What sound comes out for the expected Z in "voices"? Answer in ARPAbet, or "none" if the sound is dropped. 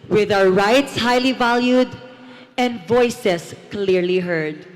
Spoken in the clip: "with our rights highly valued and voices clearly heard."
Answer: S